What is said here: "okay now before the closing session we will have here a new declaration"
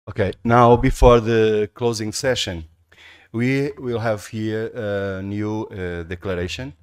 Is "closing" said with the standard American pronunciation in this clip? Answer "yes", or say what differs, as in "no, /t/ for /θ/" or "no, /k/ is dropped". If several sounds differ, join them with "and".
yes